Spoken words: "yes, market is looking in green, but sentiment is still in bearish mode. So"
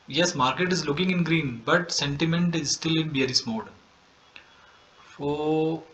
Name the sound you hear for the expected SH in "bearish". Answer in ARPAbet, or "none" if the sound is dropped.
S